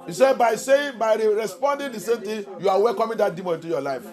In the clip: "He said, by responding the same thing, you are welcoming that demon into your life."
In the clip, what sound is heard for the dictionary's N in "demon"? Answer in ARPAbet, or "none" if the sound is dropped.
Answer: none